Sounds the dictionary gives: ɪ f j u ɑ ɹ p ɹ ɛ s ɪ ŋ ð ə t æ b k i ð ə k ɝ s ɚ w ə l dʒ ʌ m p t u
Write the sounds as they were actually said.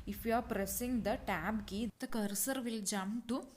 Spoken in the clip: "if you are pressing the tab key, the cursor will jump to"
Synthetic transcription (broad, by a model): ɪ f j u ɑ ɹ p ɹ ɛ s ɪ ŋ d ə t æ b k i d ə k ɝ s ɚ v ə l dʒ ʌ m t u